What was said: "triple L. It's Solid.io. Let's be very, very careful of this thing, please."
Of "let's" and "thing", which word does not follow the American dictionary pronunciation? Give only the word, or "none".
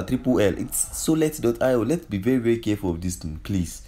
thing